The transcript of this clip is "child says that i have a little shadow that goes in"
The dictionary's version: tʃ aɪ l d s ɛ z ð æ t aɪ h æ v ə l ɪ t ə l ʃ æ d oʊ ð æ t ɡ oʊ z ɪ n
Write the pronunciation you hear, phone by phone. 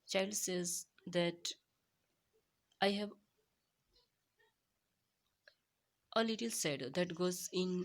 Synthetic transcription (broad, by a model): tʃ aɪ l d s ɛ z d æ t aɪ h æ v ə l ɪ t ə l s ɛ d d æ t ɡ oʊ z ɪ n